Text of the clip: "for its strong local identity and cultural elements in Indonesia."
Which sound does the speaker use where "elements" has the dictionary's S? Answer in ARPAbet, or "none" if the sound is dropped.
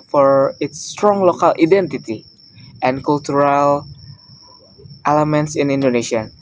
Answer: S